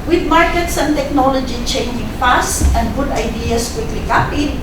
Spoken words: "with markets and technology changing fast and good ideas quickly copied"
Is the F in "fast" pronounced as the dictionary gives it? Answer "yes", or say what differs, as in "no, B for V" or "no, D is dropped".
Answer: no, P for F